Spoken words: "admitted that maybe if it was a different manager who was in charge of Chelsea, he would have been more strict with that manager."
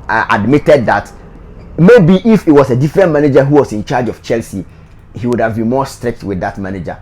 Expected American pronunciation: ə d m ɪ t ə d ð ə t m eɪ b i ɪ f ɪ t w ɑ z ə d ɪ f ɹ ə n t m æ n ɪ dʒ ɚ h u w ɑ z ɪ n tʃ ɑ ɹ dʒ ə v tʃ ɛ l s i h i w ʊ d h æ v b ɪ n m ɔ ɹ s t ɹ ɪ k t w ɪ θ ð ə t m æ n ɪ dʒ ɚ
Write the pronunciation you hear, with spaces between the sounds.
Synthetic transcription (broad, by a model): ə d m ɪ t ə d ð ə t m eɪ b i ɪ f ɪ t w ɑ s ə d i f ɹ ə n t m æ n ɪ dʒ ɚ h u w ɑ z ɪ n tʃ ɑ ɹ dʒ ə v tʃ ɛ l s i h i w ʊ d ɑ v b ɪ n m ɔ s t ɹ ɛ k t w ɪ ð ə t m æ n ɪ dʒ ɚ